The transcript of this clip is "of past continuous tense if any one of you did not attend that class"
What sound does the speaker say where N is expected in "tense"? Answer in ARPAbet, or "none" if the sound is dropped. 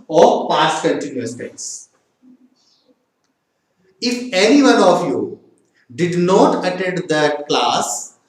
none